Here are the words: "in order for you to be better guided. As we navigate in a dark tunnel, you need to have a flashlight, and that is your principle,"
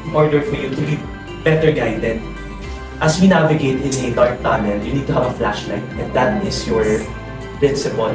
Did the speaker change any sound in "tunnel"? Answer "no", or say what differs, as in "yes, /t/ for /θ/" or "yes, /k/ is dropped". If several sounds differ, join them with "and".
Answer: yes, /n/ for /l/